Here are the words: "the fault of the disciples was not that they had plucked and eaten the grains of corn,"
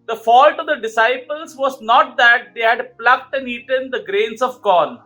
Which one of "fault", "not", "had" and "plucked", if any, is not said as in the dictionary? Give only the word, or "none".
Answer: none